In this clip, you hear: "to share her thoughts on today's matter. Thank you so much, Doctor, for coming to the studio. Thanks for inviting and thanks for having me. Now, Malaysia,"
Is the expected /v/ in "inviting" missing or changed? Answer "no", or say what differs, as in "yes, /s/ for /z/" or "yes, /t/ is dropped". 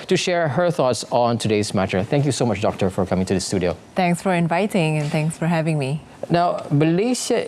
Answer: no